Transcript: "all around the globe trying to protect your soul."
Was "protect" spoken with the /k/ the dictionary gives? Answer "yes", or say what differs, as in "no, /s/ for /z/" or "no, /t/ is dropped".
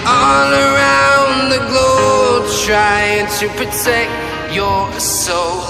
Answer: yes